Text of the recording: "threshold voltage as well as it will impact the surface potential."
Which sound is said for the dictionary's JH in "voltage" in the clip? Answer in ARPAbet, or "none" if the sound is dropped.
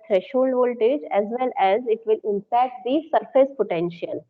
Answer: JH